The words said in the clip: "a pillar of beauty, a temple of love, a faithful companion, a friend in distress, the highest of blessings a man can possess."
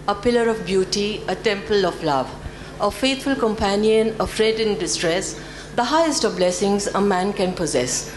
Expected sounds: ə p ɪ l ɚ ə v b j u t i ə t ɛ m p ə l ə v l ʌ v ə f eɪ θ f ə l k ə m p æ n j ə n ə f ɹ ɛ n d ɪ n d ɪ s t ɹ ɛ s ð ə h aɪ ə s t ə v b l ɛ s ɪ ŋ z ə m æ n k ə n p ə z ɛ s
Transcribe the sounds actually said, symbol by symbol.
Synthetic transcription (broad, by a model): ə p ɪ l ɚ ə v b j u t i ə t ɛ m p ə l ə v l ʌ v ə f eɪ t f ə l k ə m p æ n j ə n ə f ɹ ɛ d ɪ n d ɪ s t ɹ ɛ s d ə h aɪ ə s t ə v b l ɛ s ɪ ŋ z ə m æ n k ə n p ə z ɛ s